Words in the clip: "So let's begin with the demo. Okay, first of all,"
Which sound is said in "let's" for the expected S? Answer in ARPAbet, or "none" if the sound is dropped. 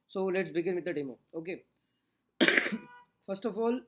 S